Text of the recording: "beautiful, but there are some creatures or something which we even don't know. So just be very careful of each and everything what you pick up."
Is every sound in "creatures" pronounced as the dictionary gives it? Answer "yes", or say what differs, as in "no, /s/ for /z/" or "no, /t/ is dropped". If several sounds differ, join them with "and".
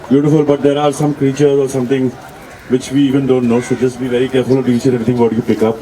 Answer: yes